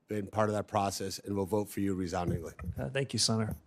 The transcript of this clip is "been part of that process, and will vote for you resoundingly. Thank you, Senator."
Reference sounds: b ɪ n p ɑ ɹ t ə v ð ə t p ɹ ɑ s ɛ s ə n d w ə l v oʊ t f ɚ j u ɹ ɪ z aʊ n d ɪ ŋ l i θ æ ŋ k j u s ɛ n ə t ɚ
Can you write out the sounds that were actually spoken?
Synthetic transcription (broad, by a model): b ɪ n p ɑ ɹ t ə v ð ə t p ɹ ɑ s ɛ s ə n w ə l v oʊ t f ɚ j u ɹ ɪ z aʊ n d ɪ ŋ l i θ æ ŋ k j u s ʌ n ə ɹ